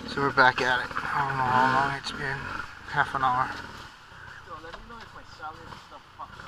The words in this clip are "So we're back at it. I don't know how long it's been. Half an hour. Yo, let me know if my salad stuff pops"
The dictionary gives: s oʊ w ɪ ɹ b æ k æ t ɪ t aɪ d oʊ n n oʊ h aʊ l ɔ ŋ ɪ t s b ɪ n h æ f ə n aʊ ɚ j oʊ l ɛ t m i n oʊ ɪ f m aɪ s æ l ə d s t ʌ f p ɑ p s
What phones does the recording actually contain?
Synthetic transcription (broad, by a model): s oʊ w ɪ ɹ b æ k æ t ɪ t aɪ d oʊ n n oʊ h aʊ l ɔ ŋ ɪ t s b ɪ n h æ f ə n aʊ ɚ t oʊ l ɛ t m i n oʊ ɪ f m aɪ s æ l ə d s t ʌ f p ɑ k